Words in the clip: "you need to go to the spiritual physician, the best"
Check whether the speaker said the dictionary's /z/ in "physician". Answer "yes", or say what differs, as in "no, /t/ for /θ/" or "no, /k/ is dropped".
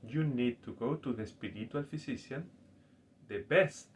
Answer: no, /s/ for /z/